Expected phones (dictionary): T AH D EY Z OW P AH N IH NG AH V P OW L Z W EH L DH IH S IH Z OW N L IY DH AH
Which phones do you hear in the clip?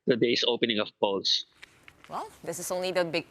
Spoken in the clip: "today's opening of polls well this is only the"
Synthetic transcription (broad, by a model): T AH D EY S OW P AH N IH NG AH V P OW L S W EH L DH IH S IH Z OW N L IY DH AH